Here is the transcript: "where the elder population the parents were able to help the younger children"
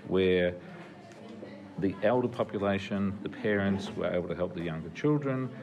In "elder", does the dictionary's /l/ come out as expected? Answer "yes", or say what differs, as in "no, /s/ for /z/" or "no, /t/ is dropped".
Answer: yes